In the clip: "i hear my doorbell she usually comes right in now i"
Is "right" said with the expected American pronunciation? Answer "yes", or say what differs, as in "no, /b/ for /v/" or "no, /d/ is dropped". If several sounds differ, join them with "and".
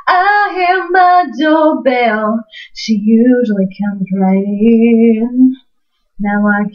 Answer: no, /t/ is dropped